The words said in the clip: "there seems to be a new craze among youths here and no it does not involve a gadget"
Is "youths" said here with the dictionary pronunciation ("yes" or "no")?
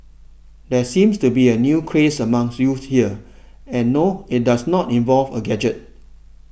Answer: no